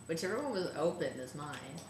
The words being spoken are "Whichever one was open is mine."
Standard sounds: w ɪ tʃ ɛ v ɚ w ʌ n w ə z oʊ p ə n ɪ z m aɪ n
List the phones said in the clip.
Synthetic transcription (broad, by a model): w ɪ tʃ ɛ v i w ʌ n w ə z oʊ p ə n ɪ s m aɪ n